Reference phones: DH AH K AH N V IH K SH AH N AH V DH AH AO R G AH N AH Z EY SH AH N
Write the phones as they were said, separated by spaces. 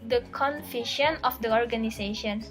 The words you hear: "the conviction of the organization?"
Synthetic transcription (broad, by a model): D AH K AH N F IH SH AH N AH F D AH AO R G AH N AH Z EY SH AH N